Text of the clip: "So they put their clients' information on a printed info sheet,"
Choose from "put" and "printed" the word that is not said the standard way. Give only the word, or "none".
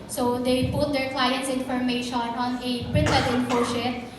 printed